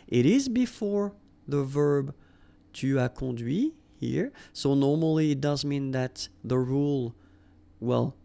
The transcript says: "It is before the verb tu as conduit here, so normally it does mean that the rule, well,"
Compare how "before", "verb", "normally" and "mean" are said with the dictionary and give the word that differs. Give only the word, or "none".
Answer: none